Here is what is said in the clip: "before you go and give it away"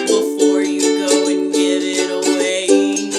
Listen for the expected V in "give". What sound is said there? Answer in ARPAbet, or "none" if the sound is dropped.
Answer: none